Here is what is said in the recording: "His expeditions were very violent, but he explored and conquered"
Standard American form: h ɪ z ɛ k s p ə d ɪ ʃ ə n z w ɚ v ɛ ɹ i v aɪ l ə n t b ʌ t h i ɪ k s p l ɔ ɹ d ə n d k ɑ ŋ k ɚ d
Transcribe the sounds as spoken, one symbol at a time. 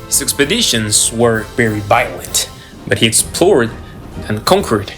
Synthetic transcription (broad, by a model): h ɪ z ɛ k s p ə d ɪ ʃ ə n z w ɚ v ɛ ɹ i v aɪ l ə n t b ʌ t h i ɪ k s p l ɔ ɹ d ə n k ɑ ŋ k ɚ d